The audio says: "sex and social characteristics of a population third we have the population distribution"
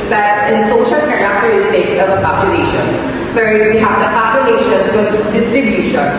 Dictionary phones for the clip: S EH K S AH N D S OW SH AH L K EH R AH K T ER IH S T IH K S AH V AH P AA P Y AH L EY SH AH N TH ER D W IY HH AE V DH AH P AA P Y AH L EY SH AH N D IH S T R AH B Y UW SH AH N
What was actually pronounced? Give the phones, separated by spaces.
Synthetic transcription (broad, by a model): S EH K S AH N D S OW SH AH L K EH R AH K T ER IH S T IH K AH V AH P AA P Y AH L EY SH AH N S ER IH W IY HH AE V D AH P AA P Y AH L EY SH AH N D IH S T R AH B Y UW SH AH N